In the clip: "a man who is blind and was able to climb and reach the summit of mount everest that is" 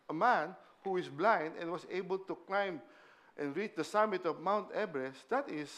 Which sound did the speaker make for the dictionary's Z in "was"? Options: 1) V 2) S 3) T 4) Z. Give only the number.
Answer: 2